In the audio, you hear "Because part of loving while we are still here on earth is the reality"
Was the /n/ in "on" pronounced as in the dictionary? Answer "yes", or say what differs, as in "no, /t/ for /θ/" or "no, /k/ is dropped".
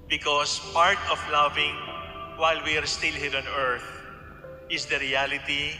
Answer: yes